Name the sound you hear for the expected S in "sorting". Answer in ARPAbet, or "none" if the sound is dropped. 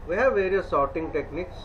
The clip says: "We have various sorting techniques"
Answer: S